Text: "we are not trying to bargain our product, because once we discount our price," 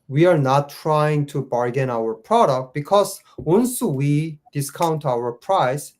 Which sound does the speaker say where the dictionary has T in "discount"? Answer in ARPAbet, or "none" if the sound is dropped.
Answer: T